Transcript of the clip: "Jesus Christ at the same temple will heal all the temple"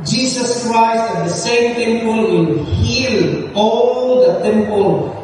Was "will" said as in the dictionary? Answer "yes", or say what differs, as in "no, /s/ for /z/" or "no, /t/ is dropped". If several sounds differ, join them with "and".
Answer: no, /n/ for /l/